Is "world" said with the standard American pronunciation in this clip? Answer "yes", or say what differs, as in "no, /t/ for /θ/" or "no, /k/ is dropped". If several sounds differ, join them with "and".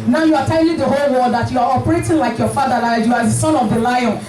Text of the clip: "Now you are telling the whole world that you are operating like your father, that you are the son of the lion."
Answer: no, /l/ is dropped